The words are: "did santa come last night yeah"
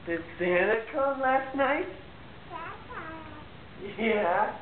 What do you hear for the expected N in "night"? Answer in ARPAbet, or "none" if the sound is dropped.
N